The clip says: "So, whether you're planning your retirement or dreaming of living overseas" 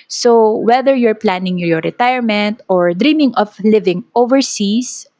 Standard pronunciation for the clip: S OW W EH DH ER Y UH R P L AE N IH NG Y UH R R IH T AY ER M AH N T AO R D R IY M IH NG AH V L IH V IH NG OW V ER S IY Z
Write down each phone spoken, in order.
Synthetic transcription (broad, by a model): S OW W EH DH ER Y UH R P L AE N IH NG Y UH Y R IH T AY ER M AH N T AO R D R IY M IH NG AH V L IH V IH NG OW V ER S IY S